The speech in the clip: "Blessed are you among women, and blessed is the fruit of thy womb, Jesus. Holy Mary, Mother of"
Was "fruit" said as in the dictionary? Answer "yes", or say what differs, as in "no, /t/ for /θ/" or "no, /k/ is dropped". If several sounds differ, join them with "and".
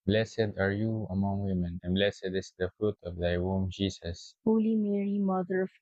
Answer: yes